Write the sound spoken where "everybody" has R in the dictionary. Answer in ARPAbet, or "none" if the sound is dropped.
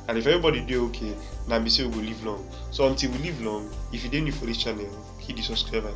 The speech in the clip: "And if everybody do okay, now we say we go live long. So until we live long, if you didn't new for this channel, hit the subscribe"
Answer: none